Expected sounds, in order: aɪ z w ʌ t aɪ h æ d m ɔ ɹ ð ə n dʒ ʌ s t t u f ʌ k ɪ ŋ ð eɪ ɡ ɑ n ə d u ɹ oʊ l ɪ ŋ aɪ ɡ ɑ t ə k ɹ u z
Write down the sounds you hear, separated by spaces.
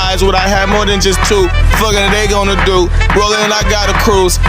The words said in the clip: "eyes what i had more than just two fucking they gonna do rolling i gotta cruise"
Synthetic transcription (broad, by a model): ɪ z w ʌ t aɪ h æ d m ɔ ɹ ð ə n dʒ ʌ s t t u f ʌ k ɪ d ð eɪ ɡ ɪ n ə d u w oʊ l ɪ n aɪ ɡ ɑ t ə k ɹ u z